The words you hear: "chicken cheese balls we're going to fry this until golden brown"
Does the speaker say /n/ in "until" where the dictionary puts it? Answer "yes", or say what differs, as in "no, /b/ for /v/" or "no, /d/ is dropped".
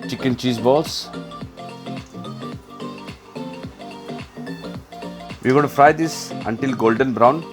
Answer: yes